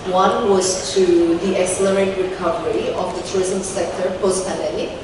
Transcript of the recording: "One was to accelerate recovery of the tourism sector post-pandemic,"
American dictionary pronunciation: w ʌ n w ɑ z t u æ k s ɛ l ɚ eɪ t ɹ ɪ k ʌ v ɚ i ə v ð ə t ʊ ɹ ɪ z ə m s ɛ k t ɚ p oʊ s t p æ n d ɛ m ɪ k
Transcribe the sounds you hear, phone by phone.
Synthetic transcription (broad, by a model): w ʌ n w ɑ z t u æ k s ɛ l ɚ eɪ t ɹ ɪ k ʌ v ɚ i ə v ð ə t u ɹ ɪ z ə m s ɛ k t ɚ p oʊ s t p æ n d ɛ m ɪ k